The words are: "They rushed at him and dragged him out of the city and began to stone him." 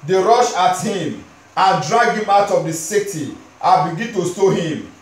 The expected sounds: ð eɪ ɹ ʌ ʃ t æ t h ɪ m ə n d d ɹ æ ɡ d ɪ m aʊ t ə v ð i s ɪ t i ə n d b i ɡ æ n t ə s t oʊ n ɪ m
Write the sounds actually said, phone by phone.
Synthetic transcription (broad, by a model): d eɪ ɹ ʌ ʃ ɑ t h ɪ m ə n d d ɹ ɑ ɡ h ɪ m aʊ t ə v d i s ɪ t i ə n b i ɡ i n t ə s t oʊ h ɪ m